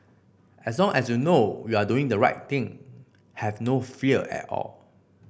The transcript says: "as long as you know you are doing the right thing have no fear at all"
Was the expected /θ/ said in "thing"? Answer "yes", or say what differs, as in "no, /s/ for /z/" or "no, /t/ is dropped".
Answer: no, /t/ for /θ/